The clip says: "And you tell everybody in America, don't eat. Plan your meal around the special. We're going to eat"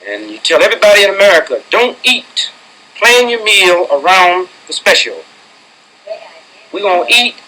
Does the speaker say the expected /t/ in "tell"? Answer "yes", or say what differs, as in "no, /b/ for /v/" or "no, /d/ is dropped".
yes